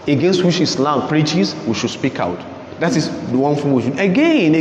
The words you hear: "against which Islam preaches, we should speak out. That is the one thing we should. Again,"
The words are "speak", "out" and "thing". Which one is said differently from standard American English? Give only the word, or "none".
thing